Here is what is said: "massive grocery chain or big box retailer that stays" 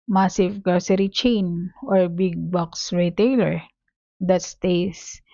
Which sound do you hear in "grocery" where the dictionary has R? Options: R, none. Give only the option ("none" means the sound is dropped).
none